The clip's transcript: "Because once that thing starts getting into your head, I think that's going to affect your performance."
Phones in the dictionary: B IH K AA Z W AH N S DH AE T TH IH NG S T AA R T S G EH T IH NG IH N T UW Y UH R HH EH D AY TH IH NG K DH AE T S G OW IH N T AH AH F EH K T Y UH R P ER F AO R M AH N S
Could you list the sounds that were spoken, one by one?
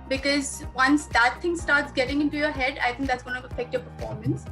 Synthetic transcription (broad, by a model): B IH K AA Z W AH N S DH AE T T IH NG S T AA R T S G EH T IH NG IH N T UW Y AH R HH EH D AY T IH NG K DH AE T S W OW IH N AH AH F EH K T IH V P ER F AO R M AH N S